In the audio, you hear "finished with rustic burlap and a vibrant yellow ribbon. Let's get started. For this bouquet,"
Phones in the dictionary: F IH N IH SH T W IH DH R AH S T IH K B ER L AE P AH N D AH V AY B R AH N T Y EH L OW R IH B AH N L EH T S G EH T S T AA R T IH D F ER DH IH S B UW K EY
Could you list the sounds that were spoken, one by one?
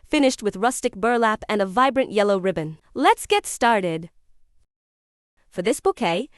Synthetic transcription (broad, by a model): F IH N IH SH T W IH DH R AH S T IH K B ER L AE P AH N AH V AY B R AH N T Y EH L OW R IH B AH N L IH T S G EH T S T AA R T IH D F ER DH IH S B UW K EY